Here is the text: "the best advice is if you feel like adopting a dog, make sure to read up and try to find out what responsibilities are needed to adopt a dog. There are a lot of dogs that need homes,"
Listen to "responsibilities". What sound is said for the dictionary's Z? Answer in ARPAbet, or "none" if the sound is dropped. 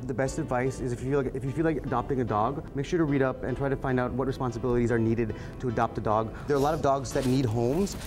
Z